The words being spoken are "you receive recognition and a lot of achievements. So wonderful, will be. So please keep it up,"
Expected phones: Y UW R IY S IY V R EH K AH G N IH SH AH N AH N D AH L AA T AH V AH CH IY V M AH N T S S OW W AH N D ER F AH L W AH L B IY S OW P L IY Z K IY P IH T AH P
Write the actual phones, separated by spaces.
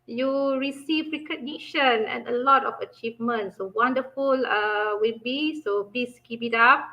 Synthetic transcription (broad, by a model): Y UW R IY S IY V R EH K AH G N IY SH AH N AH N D AH L AA T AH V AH CH IY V M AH N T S S OW W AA N D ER F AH L W AH L B IY S OW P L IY S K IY B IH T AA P